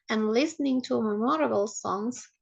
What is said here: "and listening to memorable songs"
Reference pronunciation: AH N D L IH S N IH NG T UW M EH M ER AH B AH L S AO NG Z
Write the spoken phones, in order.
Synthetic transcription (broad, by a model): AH N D L IH S N IH NG T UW M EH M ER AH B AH L S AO NG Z